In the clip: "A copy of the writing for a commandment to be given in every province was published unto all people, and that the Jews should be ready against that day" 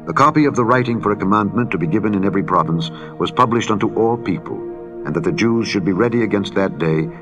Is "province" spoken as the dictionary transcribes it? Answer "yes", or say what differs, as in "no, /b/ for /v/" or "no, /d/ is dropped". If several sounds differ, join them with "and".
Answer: yes